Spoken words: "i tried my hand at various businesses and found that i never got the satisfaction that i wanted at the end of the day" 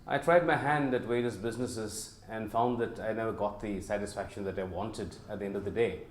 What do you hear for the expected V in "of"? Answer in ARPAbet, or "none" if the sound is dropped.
V